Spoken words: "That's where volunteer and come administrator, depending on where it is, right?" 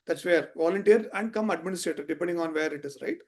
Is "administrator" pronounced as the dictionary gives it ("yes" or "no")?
yes